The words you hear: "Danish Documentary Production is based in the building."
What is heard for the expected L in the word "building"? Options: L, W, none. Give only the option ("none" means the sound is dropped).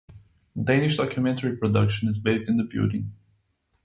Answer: none